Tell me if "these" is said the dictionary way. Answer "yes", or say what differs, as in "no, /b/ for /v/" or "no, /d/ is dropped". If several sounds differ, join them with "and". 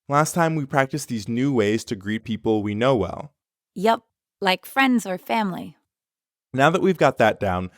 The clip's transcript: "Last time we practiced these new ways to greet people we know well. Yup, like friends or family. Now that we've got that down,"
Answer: yes